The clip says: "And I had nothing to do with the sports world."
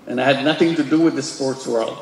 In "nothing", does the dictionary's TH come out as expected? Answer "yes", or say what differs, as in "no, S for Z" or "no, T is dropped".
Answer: yes